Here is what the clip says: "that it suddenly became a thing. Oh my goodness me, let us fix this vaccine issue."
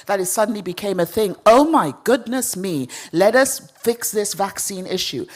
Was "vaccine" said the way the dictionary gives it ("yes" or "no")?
yes